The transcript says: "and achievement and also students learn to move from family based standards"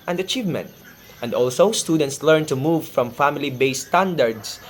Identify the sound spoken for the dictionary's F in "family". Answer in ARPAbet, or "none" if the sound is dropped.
F